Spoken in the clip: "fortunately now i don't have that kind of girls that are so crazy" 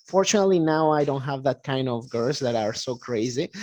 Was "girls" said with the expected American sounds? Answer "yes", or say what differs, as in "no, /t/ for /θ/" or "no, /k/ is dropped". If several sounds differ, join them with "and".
no, /l/ is dropped